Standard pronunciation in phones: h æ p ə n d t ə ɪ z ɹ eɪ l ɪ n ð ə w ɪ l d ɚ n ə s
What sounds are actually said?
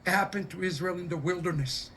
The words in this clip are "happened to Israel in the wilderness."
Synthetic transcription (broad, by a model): h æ p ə n t ə ɪ z ɹ eɪ l ɪ n ð ə w ɪ l d ɚ n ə s